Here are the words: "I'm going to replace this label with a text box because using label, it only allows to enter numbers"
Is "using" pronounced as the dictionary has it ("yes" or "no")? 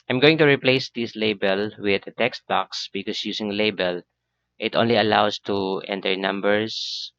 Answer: no